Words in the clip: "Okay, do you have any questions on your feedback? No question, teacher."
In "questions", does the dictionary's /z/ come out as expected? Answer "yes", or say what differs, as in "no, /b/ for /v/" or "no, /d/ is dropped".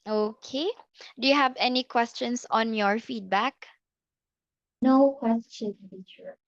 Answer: no, /s/ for /z/